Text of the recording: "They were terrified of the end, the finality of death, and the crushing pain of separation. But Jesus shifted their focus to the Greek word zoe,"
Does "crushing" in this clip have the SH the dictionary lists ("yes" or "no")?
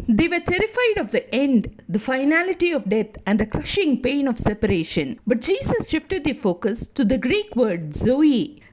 yes